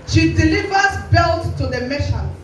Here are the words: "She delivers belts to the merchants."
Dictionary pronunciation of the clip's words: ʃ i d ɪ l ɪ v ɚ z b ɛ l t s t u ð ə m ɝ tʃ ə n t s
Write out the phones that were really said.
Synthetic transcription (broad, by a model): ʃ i d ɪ l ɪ v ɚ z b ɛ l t t u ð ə m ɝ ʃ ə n